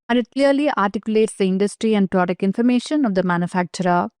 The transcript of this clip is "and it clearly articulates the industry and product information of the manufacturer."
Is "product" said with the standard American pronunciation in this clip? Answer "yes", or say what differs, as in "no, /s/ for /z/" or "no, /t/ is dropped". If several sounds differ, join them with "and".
no, /t/ is dropped